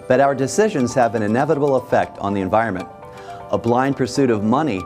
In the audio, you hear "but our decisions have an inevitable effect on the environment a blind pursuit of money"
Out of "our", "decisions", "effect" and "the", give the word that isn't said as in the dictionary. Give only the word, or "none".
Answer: none